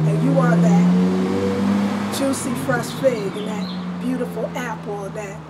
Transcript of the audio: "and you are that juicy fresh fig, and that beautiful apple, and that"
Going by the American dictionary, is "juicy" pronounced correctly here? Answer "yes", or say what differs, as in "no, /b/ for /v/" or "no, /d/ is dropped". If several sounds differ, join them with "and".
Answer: no, /tʃ/ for /dʒ/